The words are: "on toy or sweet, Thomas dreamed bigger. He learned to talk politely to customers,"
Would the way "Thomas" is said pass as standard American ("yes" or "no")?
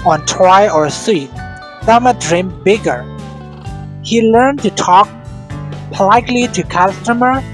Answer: no